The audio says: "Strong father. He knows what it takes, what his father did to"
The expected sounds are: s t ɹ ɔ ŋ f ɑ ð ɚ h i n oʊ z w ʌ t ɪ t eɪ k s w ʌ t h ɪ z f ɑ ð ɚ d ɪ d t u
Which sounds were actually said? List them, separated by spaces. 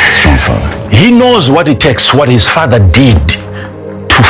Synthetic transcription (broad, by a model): s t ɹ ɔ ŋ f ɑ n h i n oʊ z w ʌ t ɪ t eɪ k s w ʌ t h ɪ z f ɑ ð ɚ d ɪ d t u